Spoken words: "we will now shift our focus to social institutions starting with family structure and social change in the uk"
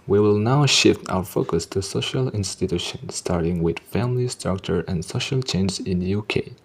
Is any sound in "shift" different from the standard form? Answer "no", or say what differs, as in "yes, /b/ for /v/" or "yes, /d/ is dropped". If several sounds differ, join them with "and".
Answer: no